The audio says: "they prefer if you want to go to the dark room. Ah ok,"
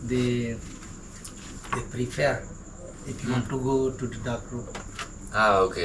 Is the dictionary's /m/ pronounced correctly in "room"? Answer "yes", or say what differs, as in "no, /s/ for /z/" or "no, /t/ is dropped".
no, /m/ is dropped